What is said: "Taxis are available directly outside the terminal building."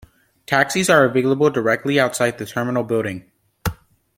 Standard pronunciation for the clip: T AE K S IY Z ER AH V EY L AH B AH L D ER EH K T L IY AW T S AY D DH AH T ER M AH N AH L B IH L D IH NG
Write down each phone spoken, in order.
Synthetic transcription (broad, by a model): T AE K S IY Z ER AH V EY L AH B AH L D ER EH K T L IY AW T S AY D DH AH T ER M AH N L B IH L D IH NG